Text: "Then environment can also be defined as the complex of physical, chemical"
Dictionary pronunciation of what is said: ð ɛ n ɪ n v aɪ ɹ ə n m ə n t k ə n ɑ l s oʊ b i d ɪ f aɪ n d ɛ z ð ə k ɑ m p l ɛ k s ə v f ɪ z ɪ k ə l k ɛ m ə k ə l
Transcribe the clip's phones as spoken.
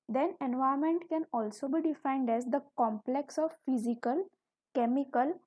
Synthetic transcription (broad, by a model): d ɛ n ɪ n v aɪ ə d m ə n t k ə n ɑ l s oʊ b i d ɪ f aɪ n d ɛ z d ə k ɑ m p l ɛ k s ə v f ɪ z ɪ k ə l k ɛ m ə k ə l